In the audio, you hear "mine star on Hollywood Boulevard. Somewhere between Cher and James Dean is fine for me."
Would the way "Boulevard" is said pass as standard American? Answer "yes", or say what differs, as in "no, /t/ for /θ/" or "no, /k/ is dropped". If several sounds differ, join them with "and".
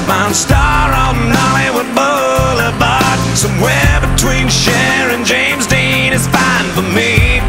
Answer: no, /b/ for /v/